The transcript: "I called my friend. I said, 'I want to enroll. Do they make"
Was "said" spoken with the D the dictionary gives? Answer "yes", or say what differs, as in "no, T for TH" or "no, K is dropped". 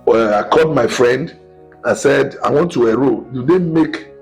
yes